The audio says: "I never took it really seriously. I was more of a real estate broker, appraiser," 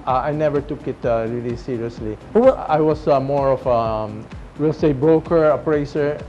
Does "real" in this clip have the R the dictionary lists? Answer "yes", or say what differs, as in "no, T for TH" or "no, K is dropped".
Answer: no, W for R